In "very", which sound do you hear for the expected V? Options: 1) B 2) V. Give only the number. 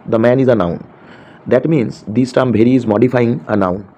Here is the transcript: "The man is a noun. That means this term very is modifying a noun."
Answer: 1